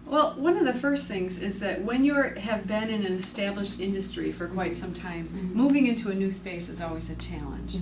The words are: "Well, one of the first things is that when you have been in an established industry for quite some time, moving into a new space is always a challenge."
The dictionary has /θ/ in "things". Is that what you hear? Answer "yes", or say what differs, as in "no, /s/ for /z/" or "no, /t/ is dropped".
yes